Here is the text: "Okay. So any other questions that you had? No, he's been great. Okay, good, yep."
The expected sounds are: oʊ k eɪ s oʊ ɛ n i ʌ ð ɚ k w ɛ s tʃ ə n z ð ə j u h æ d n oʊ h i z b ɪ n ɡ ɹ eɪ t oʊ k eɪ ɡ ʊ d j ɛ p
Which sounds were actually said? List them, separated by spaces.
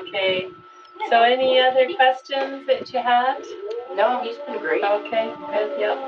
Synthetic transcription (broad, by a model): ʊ k eɪ s oʊ ɛ n i ʌ ð ɚ k w ɛ s tʃ ə n z ð ə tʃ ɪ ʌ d n oʊ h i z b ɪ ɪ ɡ ɹ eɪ oʊ k eɪ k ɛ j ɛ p